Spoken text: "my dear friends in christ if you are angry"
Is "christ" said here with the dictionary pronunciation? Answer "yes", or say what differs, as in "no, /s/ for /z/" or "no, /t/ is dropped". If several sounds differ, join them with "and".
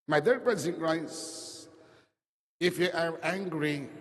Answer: no, /t/ is dropped